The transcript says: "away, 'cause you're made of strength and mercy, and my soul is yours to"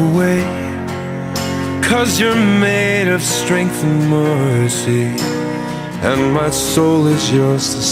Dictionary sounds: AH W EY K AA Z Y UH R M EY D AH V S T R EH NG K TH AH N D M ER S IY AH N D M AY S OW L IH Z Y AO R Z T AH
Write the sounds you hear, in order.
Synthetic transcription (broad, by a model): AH W EY K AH Z Y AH R M EY D AH V S T R EH NG K TH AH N M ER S IY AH N M AY S OW L IH Z Y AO R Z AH